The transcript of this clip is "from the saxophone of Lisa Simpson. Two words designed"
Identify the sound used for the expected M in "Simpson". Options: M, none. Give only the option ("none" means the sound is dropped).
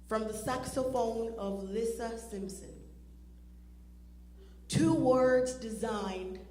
M